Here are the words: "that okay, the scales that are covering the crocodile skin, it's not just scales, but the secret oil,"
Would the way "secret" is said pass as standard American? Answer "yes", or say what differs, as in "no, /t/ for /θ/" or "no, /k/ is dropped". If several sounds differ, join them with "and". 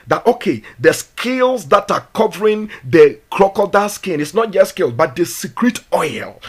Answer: yes